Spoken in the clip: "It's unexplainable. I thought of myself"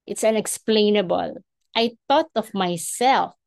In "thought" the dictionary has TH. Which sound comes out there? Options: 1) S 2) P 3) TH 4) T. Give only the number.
4